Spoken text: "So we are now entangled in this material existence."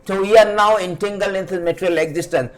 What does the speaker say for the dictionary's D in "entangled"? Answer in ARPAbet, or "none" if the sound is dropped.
none